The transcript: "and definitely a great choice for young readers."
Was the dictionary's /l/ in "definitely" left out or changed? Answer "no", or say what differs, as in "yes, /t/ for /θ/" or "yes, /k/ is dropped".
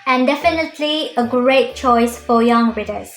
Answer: no